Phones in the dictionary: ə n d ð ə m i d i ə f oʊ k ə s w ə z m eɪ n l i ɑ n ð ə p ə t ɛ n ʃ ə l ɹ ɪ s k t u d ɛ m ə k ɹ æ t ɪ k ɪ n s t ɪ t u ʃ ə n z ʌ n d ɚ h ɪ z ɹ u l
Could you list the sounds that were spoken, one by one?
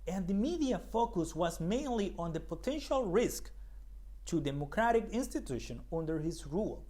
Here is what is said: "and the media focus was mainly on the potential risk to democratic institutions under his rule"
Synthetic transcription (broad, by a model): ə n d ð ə m i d i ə f oʊ k ə s w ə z m eɪ n l i ɑ n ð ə p ə t ɛ n ʃ ə l ɹ ɪ s k t u d ɛ m ə k ɹ æ t ɪ k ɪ n s t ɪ t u ʃ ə n ʌ n d ɚ h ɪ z ɹ u l